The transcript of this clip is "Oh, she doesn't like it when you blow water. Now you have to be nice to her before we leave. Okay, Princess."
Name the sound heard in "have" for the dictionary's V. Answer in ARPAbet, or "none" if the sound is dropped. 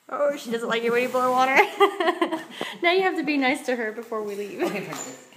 F